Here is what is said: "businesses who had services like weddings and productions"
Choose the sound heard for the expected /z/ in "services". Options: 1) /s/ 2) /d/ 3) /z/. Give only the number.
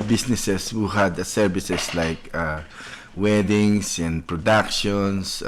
1